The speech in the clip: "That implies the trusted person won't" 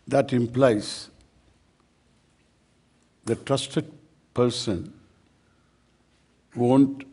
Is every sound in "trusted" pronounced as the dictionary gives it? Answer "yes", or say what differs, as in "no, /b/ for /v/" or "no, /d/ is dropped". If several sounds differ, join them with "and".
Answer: yes